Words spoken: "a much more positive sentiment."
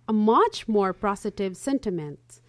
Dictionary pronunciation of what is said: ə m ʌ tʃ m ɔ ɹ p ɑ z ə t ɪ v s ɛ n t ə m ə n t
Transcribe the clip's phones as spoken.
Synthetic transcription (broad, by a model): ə m ʌ tʃ m ɔ ɹ p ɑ s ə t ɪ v s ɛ n t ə m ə n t